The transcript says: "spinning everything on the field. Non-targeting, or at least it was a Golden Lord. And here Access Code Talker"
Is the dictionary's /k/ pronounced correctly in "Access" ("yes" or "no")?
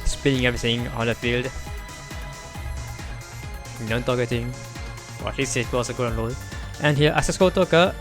no